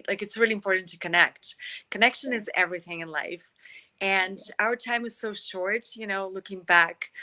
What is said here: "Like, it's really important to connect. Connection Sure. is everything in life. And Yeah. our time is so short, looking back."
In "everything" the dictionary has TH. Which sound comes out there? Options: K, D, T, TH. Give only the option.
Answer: TH